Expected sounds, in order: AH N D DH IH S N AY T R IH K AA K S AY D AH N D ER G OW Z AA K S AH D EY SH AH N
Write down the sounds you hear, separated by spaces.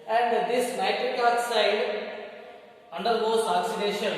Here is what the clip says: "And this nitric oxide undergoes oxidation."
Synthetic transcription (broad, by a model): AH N D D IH S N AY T IH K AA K S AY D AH N D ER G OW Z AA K S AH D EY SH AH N